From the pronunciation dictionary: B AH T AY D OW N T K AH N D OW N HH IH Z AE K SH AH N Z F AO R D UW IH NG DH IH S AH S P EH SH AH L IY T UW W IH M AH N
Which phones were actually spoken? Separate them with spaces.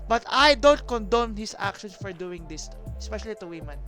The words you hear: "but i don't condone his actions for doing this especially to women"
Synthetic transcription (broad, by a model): B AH T AY D OW N T K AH N D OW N HH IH S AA K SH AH N S F AO R D UW IH NG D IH S AH S P EH SH AH L IY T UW W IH M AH N